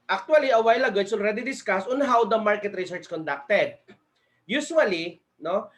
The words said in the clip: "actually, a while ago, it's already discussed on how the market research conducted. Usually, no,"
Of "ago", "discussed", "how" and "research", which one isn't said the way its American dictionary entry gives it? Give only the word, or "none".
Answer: discussed